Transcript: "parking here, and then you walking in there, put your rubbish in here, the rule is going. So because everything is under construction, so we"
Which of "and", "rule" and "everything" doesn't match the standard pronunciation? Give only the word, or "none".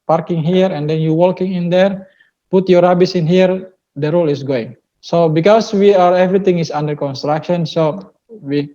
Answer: everything